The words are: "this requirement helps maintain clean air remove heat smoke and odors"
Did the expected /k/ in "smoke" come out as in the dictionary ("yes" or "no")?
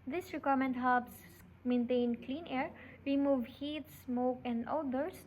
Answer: yes